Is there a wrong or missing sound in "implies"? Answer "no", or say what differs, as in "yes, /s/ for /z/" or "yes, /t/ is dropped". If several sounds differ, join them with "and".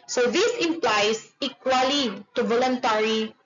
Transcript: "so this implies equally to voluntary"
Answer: yes, /s/ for /z/